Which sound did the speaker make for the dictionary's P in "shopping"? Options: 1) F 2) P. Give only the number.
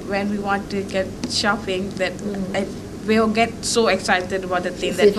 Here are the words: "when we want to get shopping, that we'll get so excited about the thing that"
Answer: 1